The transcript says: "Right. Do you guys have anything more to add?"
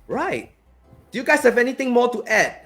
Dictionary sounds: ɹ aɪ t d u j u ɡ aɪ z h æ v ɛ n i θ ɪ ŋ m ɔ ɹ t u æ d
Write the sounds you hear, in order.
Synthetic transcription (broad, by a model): ɹ aɪ t d u j u ɡ aɪ s h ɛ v ɛ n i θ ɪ ŋ m ɔ t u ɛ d